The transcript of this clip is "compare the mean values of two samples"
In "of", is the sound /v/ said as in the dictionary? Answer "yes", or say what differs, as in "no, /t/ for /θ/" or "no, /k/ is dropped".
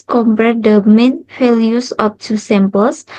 no, /p/ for /v/